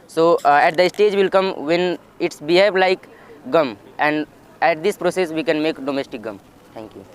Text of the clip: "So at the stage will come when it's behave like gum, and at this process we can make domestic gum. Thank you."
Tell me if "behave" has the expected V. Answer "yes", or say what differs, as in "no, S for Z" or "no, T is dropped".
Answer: no, B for V